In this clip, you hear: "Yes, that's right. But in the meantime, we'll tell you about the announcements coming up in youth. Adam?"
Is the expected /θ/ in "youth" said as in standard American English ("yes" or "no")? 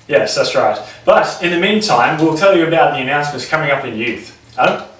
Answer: yes